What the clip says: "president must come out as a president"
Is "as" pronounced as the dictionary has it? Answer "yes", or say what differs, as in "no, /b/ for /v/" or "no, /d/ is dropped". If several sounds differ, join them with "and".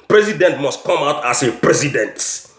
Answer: no, /s/ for /z/